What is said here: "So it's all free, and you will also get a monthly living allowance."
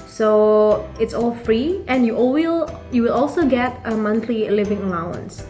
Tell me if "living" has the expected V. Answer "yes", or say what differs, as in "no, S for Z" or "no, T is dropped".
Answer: yes